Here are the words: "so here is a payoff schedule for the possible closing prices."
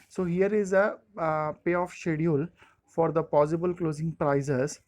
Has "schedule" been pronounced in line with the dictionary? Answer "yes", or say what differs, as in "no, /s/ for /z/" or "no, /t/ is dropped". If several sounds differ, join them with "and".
no, /dʒ/ is dropped